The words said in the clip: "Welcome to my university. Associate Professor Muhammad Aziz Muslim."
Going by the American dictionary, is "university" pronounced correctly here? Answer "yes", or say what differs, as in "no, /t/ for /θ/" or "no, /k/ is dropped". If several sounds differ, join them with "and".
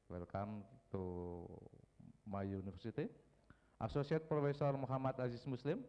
no, /f/ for /v/